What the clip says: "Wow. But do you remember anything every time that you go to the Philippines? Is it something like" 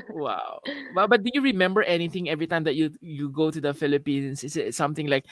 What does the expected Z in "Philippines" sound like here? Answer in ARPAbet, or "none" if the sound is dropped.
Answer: S